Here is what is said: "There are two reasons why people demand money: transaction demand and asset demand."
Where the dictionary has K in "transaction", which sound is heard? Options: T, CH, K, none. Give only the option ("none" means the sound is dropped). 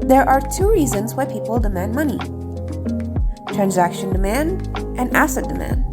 K